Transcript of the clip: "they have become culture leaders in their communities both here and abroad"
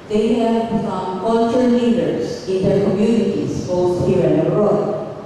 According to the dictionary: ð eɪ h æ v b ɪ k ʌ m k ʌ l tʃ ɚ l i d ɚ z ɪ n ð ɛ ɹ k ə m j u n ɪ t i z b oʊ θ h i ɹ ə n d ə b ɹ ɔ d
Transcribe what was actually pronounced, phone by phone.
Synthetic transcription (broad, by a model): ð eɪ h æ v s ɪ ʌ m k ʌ l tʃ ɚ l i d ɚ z ɪ n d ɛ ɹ k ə m j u n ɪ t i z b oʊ s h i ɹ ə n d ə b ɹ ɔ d